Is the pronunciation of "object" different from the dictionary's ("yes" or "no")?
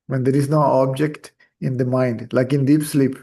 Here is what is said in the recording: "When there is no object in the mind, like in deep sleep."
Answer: no